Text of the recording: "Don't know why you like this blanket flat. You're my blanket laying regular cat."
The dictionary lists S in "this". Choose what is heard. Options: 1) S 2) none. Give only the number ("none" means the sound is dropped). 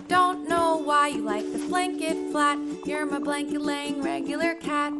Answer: 2